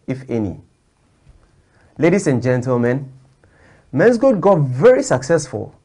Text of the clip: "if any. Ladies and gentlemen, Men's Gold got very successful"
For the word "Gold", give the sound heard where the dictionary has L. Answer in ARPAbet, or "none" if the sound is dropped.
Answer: none